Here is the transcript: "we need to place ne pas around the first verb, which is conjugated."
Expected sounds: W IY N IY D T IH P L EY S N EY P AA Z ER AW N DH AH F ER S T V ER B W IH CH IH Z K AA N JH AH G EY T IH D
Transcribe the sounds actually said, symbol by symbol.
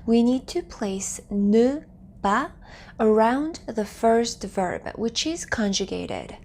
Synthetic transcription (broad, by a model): W IY N IY D T IH P L EY S N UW B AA ER AW N DH AH F ER S T V ER B W IH CH IH Z K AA N JH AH G EY T IH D